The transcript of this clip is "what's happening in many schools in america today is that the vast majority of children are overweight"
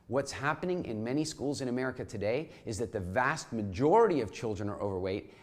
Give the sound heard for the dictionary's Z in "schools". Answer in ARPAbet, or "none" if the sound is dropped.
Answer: Z